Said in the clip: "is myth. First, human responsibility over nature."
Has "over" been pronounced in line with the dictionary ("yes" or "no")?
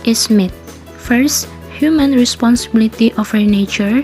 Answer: no